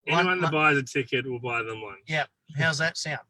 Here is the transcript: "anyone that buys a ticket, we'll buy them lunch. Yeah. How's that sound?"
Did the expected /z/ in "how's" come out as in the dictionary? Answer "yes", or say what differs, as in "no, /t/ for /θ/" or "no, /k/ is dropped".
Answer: yes